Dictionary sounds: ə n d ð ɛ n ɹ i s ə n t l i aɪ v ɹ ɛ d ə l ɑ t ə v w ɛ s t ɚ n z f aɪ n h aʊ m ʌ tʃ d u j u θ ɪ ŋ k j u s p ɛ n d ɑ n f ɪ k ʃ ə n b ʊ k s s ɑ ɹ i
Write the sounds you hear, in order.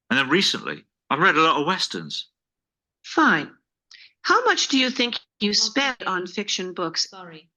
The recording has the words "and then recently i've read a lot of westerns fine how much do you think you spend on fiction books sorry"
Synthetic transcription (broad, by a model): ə n ð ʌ n ɹ i s ə n t l i aɪ v ɹ ɛ d ə l ɑ t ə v w ɛ s t ɚ n z f aɪ n h aʊ m ʌ tʃ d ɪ j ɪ θ ɪ ŋ k j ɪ s p ɛ n d n f ɪ k ʃ ə n b ʊ k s s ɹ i